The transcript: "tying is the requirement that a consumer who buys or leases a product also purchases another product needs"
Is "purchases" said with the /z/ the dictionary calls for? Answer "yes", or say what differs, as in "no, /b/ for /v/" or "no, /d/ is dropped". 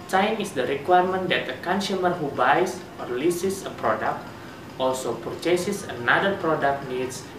no, /s/ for /z/